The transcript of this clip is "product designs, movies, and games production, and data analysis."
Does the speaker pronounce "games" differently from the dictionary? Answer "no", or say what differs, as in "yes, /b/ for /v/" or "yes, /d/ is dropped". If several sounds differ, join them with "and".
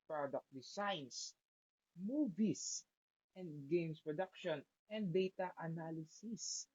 yes, /s/ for /z/